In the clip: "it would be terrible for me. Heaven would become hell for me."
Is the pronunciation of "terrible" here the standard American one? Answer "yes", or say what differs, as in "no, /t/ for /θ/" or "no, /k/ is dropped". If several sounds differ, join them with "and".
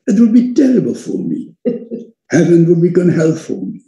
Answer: yes